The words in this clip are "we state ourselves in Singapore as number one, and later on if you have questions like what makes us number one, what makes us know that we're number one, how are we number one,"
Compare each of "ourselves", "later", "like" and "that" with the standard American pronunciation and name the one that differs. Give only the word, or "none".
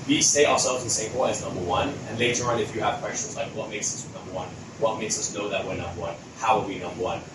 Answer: ourselves